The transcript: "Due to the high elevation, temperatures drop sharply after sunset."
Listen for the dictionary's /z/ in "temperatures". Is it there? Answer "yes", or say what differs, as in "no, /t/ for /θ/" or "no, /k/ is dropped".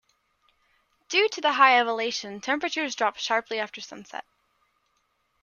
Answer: yes